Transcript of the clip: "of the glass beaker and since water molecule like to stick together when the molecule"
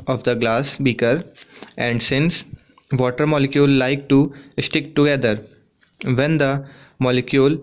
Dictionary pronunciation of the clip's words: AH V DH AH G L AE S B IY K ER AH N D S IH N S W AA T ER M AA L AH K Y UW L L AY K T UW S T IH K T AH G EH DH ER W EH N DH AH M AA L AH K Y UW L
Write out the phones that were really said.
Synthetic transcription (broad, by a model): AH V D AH G L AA S B IY K ER AH N D S IH N S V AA T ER M AA L AH K Y UW L L AY K T UW S T IH K T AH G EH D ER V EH N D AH M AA L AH K Y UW L